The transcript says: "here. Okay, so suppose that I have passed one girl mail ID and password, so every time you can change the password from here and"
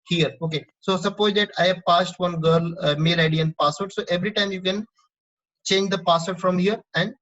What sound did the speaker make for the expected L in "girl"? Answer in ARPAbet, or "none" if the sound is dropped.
L